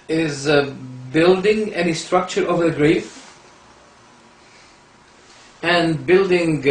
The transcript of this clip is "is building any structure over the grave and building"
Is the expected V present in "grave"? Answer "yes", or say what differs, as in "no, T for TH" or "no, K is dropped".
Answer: no, F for V